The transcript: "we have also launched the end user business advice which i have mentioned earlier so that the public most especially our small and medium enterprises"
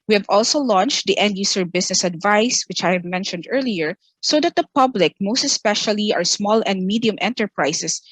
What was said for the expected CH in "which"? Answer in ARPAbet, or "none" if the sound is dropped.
CH